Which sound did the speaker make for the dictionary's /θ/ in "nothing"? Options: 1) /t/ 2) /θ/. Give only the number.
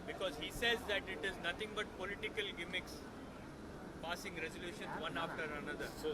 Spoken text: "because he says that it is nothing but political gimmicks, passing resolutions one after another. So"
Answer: 1